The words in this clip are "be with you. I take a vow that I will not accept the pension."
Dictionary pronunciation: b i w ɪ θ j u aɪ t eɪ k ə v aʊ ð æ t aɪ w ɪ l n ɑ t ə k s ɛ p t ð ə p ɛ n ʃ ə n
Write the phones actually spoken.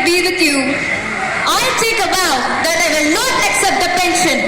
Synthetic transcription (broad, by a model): b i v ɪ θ j u aɪ t eɪ k ə b aʊ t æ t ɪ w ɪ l n ɑ t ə k s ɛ p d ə p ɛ n ʃ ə n